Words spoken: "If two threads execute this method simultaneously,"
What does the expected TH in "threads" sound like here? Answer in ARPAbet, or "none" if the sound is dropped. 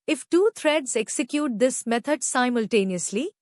T